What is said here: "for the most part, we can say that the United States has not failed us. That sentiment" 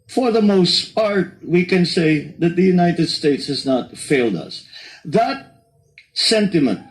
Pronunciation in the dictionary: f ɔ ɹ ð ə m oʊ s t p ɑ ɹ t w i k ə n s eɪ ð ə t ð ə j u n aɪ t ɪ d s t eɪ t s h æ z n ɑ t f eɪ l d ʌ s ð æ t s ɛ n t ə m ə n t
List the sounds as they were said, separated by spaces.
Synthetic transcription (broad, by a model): f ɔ ɹ ð ə m oʊ s t p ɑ ɹ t w i k ə n s eɪ ð ə t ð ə j u n aɪ t ɪ d s t eɪ t s h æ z n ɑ t f eɪ l d ʌ s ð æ t s ɛ n t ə m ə n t